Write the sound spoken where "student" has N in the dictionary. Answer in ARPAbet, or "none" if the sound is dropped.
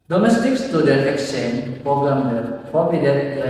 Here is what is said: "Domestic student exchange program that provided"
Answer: none